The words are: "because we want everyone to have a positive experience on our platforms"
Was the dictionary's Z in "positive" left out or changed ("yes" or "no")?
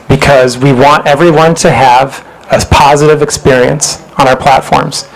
no